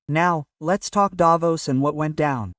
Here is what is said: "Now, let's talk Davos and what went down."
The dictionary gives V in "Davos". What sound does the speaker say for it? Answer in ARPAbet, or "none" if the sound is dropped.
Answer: V